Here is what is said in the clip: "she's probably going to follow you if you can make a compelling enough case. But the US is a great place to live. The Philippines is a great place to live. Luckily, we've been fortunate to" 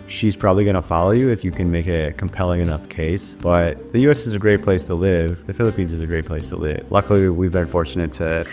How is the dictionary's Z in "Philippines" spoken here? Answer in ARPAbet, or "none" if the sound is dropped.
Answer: Z